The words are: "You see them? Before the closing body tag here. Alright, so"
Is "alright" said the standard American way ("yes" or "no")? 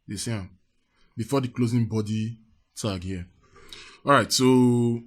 no